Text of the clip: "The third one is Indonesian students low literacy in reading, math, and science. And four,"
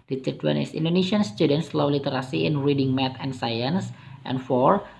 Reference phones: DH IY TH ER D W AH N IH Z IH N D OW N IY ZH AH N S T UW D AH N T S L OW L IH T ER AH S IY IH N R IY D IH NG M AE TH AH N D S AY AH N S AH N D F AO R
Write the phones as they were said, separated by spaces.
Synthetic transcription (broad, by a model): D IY T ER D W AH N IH S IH N D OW N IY SH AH N S T UW D AH N T S L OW L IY T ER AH S IY IH N R IY D IH NG M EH T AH N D S AY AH N S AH N F AO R